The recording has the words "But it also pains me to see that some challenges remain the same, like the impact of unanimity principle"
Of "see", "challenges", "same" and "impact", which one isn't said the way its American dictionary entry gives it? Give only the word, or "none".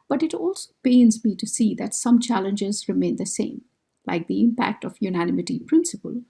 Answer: none